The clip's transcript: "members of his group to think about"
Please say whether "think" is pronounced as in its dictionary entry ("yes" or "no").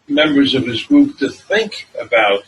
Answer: yes